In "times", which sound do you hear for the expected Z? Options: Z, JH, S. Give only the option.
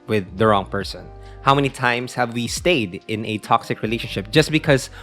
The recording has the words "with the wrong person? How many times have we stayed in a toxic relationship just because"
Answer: S